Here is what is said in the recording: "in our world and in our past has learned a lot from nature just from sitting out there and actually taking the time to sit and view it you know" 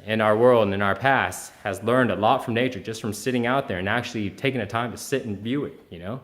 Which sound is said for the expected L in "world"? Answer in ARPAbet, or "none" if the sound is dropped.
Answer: L